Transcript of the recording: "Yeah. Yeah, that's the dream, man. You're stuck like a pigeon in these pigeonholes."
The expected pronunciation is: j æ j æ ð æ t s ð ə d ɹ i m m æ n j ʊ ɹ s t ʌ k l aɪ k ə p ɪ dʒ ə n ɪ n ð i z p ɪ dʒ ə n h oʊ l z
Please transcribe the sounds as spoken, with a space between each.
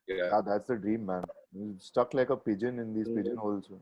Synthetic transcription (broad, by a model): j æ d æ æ t s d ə d ɹ i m m æ n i s t ʌ k l aɪ k ə p ɪ dʒ ə n ɪ n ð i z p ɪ dʒ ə n h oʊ l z